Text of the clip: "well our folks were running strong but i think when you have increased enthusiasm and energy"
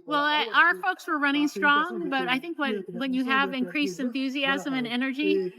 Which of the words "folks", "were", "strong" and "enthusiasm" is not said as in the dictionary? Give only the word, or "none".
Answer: none